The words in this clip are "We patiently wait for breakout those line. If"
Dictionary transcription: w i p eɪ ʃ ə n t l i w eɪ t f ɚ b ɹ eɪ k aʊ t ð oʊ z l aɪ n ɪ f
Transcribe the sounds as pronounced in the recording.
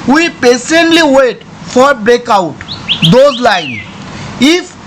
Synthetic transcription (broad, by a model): w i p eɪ s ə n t l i w eɪ t f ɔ b ɹ eɪ k aʊ t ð oʊ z l aɪ n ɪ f